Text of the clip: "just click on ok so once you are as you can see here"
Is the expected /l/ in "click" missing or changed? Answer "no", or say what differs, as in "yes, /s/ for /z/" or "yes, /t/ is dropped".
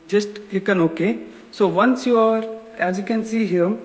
yes, /l/ is dropped